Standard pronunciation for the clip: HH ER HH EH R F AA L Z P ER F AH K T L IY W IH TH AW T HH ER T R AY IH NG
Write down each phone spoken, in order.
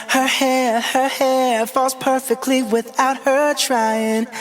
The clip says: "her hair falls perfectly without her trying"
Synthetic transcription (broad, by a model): HH ER HH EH R F AA L Z P ER F AH K T L IY W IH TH AW T HH ER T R AY IH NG